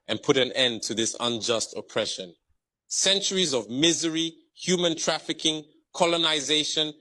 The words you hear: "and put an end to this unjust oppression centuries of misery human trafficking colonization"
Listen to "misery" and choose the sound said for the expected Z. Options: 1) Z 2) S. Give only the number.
1